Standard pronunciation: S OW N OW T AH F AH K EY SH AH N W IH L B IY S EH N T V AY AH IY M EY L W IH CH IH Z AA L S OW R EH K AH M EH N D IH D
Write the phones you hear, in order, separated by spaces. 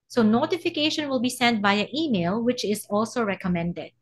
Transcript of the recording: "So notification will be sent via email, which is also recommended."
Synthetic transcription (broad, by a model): S OW N OW T AH F AH K EY SH AH N W IH L B IY S EH N T B AY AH IY M EY L W IH CH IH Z AA L S OW R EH K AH M EH N D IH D